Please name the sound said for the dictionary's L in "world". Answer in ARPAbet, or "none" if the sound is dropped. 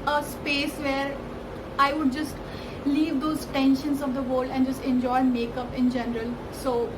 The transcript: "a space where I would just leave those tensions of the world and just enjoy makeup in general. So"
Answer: none